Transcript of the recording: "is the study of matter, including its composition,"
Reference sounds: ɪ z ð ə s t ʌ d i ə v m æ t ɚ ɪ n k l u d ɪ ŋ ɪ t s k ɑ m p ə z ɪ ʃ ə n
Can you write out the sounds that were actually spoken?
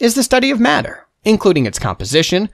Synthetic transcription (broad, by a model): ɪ z ð ə s t ʌ d i ə v m æ t ɚ ɪ n k l u d ɪ ŋ ɪ t s k ɑ m p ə z ɪ ʃ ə n